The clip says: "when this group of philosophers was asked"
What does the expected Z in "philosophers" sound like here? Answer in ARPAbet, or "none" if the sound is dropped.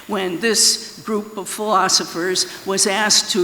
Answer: Z